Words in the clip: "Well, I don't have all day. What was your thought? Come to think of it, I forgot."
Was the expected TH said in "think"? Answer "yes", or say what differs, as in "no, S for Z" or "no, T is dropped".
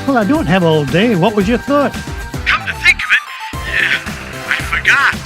yes